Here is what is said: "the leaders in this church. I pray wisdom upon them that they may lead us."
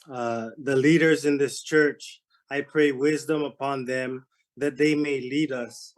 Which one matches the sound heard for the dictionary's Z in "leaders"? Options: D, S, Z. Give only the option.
Z